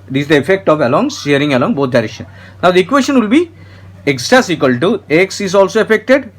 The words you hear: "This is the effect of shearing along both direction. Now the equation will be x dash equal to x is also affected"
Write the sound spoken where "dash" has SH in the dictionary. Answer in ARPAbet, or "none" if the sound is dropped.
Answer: S